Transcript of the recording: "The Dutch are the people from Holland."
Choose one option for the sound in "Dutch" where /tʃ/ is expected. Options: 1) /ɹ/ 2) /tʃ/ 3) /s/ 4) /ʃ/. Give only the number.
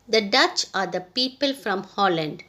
2